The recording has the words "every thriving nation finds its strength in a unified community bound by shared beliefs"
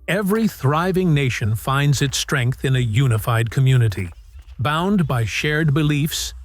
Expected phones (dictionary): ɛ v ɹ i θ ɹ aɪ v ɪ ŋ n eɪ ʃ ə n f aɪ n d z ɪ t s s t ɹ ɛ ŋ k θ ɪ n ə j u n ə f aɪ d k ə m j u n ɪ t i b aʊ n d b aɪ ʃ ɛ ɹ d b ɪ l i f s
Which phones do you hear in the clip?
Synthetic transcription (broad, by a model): ɛ v ɹ i θ ɹ aɪ v ɪ ŋ n eɪ ʃ ə n f aɪ n d z ɪ t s s t ɹ ɛ ŋ k θ ɪ n ə j u n ə f aɪ d k ə m j u n ɪ t i b aʊ n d b aɪ ʃ ɛ ɹ d b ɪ l i f s